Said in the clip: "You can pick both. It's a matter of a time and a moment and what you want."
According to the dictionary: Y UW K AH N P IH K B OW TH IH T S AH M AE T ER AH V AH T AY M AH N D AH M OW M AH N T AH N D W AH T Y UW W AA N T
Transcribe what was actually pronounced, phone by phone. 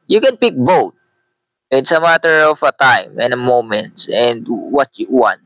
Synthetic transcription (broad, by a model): Y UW K AH N P IH K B OW T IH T S AH M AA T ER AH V AH T AY M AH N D AH M OW M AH N T AH N D W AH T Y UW W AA N T